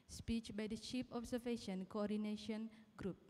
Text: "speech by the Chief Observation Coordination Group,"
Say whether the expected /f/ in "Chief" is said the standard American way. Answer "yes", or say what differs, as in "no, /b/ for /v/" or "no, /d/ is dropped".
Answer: no, /p/ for /f/